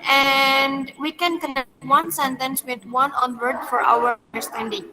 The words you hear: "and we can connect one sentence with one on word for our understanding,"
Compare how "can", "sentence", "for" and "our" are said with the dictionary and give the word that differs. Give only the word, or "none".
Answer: our